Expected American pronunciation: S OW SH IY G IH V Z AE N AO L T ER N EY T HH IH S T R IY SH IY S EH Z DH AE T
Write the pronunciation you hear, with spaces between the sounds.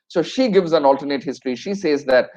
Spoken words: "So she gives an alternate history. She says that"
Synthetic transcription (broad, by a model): S OW SH IY G IH V Z AE N AO L T ER N EY T HH IH S T R IY SH IY S EH Z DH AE T